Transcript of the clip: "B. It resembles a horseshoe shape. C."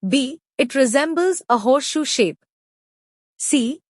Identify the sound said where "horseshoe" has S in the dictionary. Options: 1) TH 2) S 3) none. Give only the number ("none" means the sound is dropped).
3